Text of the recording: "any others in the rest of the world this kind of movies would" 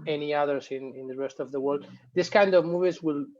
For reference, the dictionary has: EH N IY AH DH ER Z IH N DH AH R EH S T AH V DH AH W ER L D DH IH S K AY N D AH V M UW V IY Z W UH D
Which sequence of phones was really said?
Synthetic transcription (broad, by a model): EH N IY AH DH ER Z IH N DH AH R EH S T AH V DH AH W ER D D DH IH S K AY N D AH V M UW V IY Z W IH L